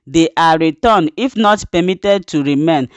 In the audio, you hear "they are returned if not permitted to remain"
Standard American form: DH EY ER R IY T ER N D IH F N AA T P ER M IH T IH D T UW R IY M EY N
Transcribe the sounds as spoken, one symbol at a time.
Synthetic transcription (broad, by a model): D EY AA R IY T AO N IH F N AA T P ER M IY T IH D T UW R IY M EY N